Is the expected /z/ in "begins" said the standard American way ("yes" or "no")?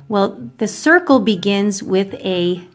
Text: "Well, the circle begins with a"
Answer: yes